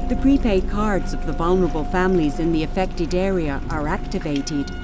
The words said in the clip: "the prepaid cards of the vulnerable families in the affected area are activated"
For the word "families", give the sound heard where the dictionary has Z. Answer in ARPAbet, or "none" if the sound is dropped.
Z